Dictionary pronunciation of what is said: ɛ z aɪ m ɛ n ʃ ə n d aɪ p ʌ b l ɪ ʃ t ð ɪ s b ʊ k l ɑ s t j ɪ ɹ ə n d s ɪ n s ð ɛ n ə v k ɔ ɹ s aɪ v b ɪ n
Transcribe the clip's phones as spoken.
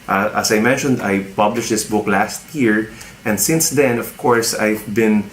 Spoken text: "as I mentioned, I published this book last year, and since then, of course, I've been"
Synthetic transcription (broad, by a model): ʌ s aɪ m ɛ n ʃ ə n d aɪ p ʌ b l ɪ ʃ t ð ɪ s b ʊ k l ɑ s t j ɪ ɹ ə n d s ɪ n s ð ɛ n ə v k ɔ ɹ s aɪ v b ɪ n